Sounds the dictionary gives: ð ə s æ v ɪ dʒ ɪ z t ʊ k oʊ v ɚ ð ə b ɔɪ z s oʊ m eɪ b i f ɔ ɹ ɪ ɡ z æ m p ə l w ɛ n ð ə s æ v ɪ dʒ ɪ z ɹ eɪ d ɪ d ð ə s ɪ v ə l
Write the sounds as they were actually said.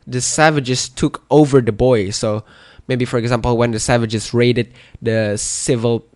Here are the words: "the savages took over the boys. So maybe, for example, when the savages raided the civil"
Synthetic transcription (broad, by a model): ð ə s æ v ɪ dʒ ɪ s t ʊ k oʊ v ɚ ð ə b ɔɪ s oʊ m eɪ b i f ɔ ɹ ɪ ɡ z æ m p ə l w ɛ n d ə s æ v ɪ dʒ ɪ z ɹ eɪ d ɪ d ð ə s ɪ v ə l